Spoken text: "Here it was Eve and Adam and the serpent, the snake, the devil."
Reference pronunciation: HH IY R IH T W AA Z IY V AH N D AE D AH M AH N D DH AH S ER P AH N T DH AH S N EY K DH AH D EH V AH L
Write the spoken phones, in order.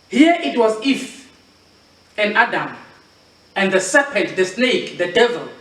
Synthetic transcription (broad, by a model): HH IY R IH T W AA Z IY F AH N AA D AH M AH N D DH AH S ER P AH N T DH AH S N EY K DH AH D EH V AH L